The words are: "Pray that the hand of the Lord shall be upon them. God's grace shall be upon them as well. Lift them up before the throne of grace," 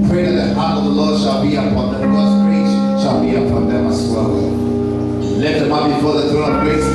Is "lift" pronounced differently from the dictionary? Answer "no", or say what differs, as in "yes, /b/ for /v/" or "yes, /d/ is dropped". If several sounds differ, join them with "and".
yes, /f/ is dropped